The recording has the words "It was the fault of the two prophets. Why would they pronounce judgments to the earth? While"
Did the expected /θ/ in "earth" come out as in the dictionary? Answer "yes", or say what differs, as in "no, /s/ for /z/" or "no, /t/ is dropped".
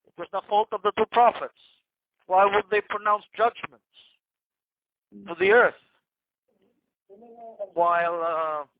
yes